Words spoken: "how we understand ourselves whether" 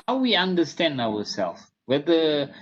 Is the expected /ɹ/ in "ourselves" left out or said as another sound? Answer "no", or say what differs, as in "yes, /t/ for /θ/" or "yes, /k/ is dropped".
yes, /w/ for /ɹ/